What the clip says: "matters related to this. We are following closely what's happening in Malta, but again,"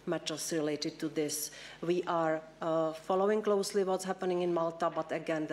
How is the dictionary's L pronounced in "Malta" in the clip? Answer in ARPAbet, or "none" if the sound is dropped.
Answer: L